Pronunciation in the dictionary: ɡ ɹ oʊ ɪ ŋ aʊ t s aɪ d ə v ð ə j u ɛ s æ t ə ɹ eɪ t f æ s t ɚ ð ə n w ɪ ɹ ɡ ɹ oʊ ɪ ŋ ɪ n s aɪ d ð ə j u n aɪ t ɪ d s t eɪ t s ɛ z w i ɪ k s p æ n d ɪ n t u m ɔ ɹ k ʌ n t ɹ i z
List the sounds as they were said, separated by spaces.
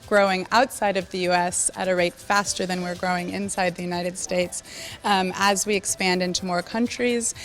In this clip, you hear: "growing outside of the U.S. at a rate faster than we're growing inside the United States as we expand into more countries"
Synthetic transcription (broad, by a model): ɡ ɹ oʊ ɪ ŋ aʊ t s aɪ d ə v ð ə j u ɛ s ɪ t ə ɹ eɪ t f æ s t ɚ ð ə n w ɪ ɹ ɡ ɹ oʊ ɪ ŋ ɪ n s aɪ d ð ə j u n aɪ t ɪ d s t eɪ t s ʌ z w i ɪ k s p æ n d ɪ n t u m ɔ ɹ k ʌ n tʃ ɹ i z